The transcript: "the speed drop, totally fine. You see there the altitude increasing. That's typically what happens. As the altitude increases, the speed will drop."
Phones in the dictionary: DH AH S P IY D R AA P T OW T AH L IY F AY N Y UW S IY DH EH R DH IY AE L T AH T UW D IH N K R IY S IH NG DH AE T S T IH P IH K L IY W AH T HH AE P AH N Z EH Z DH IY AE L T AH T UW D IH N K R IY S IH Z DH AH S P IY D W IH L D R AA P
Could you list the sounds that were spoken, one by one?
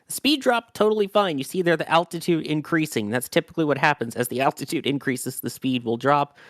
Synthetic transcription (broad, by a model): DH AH S P IY D R AA P T OW T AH L IY F AY N Y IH S IY DH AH R DH IY AE L T AH T UW D IH N K R IY S IH NG DH AE T S T IH P IH K L IY W AH T HH AE P AH N Z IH Z DH IY AE L T AH T UW D IH N K R IY S IH Z DH AH S P IY D W IH L D R AA P